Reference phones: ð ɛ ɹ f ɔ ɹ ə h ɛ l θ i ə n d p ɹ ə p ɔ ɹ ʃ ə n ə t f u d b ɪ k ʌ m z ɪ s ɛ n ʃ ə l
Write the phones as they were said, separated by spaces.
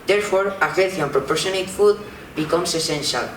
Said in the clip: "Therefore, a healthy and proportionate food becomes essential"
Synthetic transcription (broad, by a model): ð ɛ ɹ f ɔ ɹ ə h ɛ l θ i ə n p ɹ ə p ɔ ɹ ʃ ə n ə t f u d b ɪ k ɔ m s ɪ s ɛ n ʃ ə l